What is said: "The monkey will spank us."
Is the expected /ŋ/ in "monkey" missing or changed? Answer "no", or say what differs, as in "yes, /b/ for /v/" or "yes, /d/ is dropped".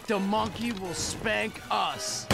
no